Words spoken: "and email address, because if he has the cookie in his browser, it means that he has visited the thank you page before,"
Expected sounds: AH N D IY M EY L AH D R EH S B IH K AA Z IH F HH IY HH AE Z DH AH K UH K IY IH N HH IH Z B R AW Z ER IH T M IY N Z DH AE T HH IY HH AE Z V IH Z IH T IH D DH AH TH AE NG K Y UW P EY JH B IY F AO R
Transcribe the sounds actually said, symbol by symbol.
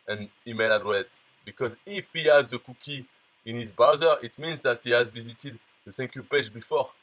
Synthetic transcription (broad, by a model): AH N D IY M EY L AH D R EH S B IH K AA Z IH F HH IY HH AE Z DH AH K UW K IY IH N HH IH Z B AW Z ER IH T M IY N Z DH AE T HH IY HH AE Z V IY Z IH T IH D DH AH S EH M K Y UW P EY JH B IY F AO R